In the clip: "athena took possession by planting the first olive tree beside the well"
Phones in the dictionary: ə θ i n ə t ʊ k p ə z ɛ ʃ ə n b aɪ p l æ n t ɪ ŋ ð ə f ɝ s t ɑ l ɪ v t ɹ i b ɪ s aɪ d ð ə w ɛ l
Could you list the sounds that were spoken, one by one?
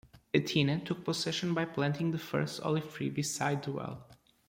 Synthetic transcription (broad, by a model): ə t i n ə t ʊ k p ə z ɛ ʃ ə n b aɪ p l æ n t ɪ ŋ ð ə f ɝ s t ɑ l ɪ v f ɹ i b ɪ s aɪ d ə w ɛ l